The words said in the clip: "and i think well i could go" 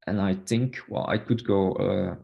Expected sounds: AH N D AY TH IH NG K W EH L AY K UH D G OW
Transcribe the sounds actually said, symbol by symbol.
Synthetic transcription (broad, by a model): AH N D AY TH IH NG K W EH L AY K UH D G OW